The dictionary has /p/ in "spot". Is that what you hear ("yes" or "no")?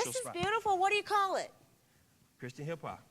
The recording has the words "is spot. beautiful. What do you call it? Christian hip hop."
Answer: no